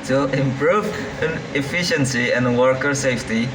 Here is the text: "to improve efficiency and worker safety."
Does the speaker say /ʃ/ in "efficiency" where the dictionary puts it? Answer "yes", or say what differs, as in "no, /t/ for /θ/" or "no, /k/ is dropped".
yes